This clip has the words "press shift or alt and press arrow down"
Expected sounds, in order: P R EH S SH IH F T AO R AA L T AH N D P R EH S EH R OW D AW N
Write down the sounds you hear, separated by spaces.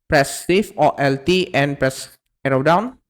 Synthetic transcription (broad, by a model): P R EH S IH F AO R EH L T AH N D P R EH S EH R OW D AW N